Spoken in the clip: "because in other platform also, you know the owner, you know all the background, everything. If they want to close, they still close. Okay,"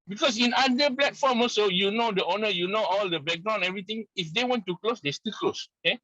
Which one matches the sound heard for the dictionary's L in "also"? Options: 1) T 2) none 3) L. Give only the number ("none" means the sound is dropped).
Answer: 2